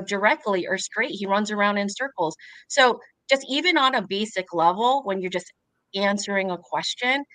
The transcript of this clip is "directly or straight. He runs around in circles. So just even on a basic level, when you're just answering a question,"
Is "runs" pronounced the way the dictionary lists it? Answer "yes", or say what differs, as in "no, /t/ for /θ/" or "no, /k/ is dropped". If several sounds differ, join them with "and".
yes